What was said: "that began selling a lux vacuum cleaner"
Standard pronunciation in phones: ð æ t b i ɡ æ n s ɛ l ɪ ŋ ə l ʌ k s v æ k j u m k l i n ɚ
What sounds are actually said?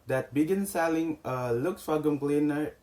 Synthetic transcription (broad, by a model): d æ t b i ɡ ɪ n s ɛ l ɪ ŋ ə l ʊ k s f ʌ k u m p l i n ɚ